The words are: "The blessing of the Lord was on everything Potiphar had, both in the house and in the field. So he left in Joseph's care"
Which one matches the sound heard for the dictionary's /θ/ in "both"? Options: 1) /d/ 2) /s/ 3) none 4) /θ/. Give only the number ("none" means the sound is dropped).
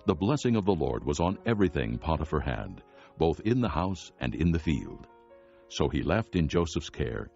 4